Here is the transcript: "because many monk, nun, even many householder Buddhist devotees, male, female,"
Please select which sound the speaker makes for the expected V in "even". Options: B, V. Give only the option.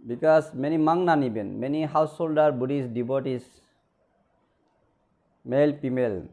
B